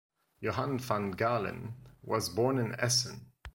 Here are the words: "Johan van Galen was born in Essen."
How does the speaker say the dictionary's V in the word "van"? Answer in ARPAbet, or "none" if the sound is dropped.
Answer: F